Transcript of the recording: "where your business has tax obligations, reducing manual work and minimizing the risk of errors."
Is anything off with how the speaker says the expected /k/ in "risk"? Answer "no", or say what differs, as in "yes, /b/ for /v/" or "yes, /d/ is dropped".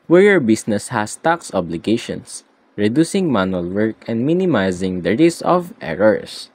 yes, /k/ is dropped